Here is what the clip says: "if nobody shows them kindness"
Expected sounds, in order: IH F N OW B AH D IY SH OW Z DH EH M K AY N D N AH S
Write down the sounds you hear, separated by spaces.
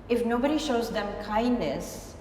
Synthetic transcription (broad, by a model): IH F N OW B AH D IY SH OW Z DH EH M K AY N D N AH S